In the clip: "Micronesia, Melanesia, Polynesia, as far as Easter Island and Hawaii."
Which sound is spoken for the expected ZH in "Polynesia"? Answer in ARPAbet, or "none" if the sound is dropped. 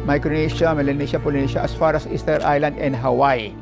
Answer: SH